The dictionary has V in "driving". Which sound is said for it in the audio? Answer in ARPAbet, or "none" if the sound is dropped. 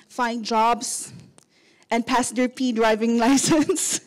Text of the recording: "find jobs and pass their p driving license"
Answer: V